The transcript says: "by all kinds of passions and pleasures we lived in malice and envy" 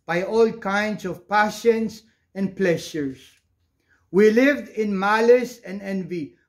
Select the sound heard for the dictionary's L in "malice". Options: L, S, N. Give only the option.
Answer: L